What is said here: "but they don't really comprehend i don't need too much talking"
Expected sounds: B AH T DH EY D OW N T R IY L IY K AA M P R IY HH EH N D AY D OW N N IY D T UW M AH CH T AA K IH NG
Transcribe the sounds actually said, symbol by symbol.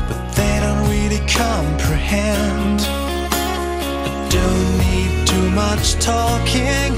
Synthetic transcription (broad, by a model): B AH T DH EY D OW N T W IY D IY K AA M P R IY HH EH N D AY D OW N N IY D T UW M AH CH T AA K IH NG